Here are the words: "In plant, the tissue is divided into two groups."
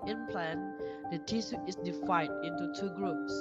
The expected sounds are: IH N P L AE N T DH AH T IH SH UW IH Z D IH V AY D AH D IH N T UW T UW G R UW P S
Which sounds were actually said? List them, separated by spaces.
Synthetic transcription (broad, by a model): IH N P L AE N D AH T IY S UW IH S D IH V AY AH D IH N T UW T UW G R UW P S